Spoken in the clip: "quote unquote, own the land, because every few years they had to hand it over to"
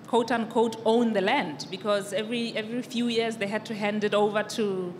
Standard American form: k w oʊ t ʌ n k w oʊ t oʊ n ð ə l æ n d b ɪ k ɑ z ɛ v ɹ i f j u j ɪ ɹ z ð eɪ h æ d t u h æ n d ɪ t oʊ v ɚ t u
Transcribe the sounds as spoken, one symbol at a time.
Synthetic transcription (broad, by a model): k oʊ t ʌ n k oʊ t oʊ n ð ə l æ n d b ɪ k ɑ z ɛ v ɹ i f j u j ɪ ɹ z ð eɪ h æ d t u h æ n d ɪ t oʊ v ɚ t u